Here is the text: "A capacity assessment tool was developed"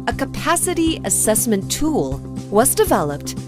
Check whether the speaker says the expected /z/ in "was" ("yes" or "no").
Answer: yes